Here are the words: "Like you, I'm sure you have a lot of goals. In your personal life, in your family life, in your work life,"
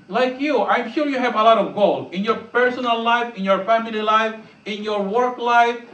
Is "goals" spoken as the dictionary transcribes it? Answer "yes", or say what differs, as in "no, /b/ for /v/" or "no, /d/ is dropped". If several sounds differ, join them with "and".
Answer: no, /z/ is dropped